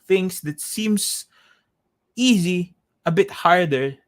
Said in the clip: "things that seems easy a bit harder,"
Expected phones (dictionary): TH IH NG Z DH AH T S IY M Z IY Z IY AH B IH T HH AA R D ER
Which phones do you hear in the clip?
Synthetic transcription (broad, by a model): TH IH NG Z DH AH T S IY M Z IY Z IY AH B IH T HH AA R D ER